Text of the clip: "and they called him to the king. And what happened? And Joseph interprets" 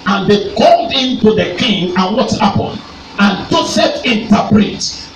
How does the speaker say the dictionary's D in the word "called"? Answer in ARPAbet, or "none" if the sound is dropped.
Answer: D